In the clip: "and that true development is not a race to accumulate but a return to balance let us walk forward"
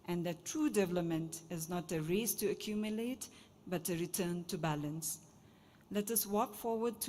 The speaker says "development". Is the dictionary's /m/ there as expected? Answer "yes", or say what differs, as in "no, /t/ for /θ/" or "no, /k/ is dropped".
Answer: yes